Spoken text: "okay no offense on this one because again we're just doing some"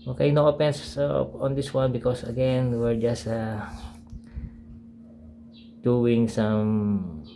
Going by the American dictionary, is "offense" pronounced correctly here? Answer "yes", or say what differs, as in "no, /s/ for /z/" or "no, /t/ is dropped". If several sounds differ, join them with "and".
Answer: no, /p/ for /f/